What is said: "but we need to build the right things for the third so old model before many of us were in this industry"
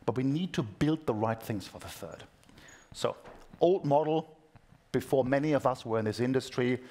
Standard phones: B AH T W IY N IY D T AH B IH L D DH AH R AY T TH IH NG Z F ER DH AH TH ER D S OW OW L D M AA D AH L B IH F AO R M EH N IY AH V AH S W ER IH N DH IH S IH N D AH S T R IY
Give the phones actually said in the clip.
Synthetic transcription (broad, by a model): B AH T W IY N IY D T AH B IH L D DH AH R AY T TH IH NG Z F ER DH AH TH ER D S OW OW L D M AA D L B IH F AO R M EH N IY AH V AH S W ER IH N DH IH S IH N D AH S T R IY